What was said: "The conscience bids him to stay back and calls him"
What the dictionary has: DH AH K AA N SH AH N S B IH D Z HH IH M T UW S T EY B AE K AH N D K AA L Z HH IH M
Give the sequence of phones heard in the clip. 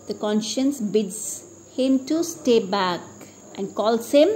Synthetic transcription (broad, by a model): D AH K AA N SH AH N S B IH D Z HH IH M T UW S T EY B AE K AH N D K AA L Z HH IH M